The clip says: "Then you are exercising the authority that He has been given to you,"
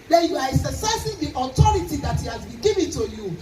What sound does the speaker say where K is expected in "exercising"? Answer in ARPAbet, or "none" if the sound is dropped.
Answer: none